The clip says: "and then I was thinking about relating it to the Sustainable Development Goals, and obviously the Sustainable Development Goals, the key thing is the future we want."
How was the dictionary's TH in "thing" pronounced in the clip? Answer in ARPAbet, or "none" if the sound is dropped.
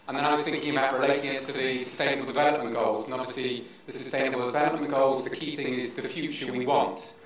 TH